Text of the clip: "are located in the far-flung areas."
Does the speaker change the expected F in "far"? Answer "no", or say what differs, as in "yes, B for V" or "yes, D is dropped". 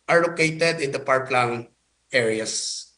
yes, P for F